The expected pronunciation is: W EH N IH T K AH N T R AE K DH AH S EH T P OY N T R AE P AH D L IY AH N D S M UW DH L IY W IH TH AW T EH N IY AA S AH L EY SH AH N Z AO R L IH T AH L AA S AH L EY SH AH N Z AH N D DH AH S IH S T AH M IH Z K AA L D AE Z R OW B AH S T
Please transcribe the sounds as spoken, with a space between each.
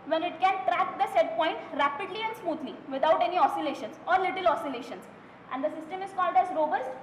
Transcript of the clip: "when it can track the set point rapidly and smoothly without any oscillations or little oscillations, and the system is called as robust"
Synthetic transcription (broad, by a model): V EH N IH T K AH N T R AE K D AH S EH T P OY N T R AE P AH D L IY AH N D S M UW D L IY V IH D AW T EH N IY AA S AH L EY SH AH N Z AO R L IH T AH L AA S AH L EY SH AH N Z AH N D AH S IH S T AH M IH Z K AA L D AE Z R OW B AH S T